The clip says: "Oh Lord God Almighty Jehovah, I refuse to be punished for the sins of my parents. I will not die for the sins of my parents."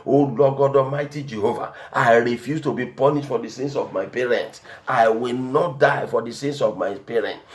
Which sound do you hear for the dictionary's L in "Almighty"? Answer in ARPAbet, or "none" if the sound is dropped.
none